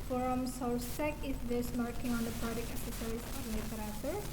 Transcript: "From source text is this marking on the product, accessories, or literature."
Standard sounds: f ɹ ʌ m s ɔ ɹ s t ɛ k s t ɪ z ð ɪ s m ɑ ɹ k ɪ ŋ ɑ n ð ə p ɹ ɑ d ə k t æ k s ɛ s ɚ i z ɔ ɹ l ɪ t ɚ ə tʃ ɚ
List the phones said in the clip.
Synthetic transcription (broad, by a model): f ɹ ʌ m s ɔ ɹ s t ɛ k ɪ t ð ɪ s m ɑ ɹ k ɪ ŋ ɑ n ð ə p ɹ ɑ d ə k æ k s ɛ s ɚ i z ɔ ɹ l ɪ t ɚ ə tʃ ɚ